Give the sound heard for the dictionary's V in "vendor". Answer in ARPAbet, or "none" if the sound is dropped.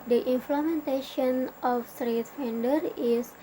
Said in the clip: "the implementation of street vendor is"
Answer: F